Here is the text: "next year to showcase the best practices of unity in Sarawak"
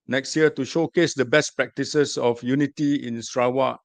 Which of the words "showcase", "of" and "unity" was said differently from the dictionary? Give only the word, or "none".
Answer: of